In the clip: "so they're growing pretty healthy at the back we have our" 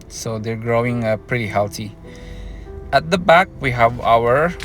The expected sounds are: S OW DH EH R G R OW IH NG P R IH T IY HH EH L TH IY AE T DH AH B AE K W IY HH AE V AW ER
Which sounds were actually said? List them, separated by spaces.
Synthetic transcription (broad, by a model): S OW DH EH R G R OW IH NG P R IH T IY HH EH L T IY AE T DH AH B AE K W IY HH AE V AW ER